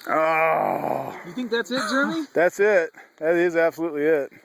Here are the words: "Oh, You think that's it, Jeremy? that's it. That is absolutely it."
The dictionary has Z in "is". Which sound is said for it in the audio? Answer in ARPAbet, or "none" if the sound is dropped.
Z